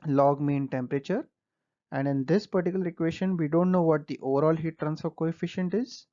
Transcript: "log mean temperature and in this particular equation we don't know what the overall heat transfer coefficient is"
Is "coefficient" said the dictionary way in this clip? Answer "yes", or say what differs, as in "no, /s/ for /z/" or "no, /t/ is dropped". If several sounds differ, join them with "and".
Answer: yes